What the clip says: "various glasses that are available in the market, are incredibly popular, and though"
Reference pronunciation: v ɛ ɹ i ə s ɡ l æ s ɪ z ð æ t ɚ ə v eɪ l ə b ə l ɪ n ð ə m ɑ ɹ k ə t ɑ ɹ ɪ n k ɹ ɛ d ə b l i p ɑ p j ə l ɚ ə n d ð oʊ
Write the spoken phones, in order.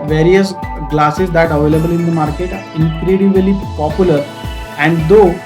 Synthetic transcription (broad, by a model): v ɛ ɹ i ə s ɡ l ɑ s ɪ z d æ t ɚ ə v eɪ l ə b ə l ɪ n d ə m ɑ ɹ k ə t ɑ ɹ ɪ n k ɹ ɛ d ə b l i p ɑ p j ə l ɚ ə n d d oʊ